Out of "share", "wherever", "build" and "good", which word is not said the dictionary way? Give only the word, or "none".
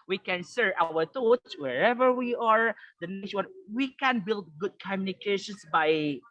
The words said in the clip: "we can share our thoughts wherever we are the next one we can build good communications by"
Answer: share